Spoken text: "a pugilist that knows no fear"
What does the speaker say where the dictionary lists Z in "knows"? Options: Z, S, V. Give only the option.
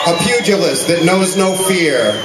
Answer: Z